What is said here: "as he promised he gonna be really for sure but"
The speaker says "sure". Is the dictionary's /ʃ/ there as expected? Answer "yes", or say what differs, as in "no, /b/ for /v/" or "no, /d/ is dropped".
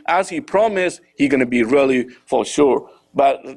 yes